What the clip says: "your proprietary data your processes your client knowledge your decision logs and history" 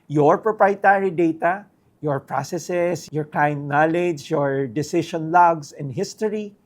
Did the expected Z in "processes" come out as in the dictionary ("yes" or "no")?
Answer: no